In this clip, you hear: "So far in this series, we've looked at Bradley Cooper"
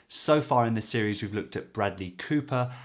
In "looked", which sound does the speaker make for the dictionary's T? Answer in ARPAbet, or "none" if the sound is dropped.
T